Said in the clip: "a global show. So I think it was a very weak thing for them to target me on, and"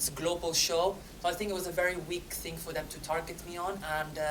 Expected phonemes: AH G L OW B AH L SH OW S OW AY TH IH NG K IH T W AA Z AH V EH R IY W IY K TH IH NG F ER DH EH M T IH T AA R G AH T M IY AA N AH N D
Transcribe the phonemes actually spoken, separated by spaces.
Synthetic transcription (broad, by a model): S G L OW B AH L SH OW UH AY TH IH NG K IH T W AA Z AH V EH R IY W IY K TH IH NG F ER DH EH M T IH T AA R G AH T M IY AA N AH N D